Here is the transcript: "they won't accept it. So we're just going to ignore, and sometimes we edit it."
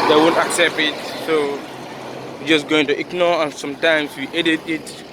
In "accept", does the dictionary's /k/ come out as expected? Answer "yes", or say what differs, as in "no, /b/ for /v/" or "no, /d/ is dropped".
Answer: yes